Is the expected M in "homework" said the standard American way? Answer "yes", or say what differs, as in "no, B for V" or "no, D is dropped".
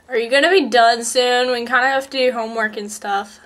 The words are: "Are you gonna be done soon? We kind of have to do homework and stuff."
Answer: yes